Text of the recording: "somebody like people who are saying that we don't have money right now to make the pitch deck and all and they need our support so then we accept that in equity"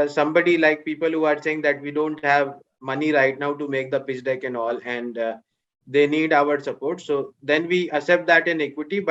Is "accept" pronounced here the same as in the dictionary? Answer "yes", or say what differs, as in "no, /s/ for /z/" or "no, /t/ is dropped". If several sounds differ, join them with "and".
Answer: no, /k/ is dropped